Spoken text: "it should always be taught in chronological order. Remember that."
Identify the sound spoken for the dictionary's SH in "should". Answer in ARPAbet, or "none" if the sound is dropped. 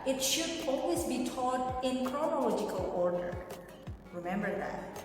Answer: SH